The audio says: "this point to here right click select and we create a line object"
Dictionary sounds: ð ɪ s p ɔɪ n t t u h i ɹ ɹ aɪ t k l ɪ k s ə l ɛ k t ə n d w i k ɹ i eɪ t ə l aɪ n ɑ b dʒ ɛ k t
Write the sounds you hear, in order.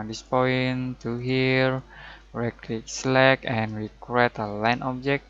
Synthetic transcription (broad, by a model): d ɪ s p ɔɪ n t t u h i ɹ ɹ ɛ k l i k s l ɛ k ə n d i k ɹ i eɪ t ə l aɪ n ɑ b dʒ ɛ k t